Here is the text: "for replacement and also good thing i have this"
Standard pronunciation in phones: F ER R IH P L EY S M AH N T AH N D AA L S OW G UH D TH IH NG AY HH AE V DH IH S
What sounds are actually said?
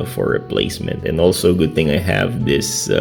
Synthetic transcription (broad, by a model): F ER R IH P L EY S M AH N T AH N AA L S OW G UH D TH IH NG AY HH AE V DH IH S